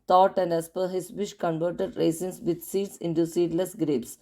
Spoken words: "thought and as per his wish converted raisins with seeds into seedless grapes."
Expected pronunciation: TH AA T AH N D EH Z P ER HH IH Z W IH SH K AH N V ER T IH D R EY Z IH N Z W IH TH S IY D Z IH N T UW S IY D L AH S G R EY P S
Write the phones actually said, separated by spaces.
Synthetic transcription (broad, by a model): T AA T AH N D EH S P ER HH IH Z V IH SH K AH N V ER T IH D R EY S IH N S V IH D S IY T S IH N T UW S IY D L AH S G R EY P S